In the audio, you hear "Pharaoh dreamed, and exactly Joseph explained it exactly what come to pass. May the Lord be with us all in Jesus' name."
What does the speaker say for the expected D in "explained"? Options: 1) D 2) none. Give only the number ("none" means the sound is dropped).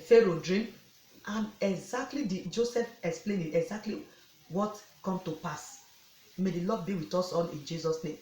2